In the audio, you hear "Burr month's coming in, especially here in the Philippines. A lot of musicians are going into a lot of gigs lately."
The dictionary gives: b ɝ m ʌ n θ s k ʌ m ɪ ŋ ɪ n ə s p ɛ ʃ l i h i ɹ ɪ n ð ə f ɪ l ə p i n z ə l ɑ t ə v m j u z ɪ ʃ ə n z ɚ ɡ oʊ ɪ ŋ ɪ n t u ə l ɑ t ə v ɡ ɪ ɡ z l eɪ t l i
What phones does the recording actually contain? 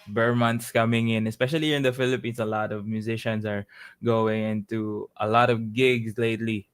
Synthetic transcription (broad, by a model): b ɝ m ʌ n t s k ʌ m ɪ ŋ ɪ n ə s p ɛ ʃ i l i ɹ ɪ n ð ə f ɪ l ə p i n s ə l ɑ t ə v m j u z ɪ ʃ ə n s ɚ ɡ oʊ ɪ ŋ ɪ n t u ə l ɑ t ə v ɡ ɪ ɡ s l eɪ t l i